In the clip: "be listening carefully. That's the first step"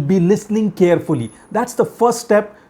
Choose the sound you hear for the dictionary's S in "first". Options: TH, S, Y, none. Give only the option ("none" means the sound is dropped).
S